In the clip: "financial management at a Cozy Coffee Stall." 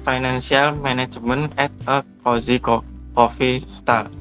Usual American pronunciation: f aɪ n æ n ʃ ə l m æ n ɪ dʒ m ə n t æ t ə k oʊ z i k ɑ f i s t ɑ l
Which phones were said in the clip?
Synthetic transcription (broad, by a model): f aɪ n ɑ n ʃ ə l m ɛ n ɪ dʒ m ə n ɛ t ə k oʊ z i k ɑ f i s t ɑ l